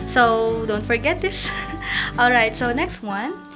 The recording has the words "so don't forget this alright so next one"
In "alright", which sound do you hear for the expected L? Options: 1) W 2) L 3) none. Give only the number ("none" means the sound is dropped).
2